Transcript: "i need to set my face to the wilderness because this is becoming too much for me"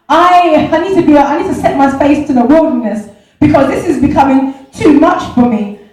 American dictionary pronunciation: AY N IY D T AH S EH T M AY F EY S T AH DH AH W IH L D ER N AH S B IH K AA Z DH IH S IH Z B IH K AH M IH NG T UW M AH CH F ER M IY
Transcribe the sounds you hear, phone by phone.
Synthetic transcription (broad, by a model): AY N IY D T AH S EH T M AY F EY S T AH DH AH W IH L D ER N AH S B IH K AA Z DH IH S IH Z B IH K AH M IH NG T UW M AH CH F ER M IY